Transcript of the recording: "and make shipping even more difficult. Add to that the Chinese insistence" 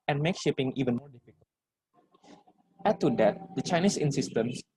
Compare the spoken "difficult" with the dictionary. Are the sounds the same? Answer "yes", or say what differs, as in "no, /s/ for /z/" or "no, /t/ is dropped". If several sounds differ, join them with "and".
no, /l/ is dropped